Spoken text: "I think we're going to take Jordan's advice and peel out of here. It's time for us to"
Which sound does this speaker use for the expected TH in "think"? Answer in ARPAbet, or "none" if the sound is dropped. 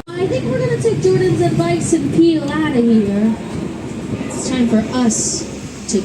TH